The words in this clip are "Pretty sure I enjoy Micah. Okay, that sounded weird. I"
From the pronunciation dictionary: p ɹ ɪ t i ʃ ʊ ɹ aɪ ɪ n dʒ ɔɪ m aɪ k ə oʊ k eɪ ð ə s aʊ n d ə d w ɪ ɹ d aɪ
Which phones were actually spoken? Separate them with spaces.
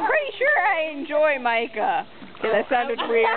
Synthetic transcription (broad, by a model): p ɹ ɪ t i ʃ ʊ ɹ aɪ ɪ n dʒ ɔɪ m aɪ k ə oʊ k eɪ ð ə s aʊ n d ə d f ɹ i